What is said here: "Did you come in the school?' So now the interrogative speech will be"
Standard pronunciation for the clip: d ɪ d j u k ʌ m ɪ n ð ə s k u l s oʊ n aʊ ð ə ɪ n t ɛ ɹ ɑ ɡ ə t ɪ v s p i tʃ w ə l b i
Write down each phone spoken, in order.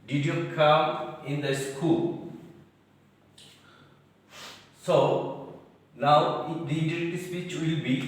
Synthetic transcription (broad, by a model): d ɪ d j u k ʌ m ɪ n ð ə s k u l s oʊ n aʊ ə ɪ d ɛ i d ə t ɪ s p i tʃ w ə l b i